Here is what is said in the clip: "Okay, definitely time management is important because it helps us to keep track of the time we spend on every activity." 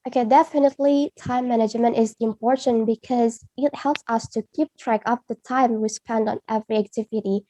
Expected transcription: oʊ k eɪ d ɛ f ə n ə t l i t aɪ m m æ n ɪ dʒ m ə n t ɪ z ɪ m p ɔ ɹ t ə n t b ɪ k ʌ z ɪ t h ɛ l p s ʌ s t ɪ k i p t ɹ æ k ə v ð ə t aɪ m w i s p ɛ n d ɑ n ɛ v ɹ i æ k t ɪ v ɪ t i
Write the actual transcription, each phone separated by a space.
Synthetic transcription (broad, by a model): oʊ k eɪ d ɛ f ə n ə t l i t aɪ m m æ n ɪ dʒ m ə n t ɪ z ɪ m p ɔ ɹ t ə n b ɪ k ʌ z ɪ t h ɛ l p s ʌ s t ɪ k i p t ɹ æ k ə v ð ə t aɪ m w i s p ɛ n d n ɛ v ɹ i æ k t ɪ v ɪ t i